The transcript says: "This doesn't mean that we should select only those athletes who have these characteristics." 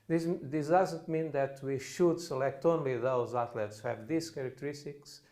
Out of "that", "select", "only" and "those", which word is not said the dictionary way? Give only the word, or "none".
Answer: none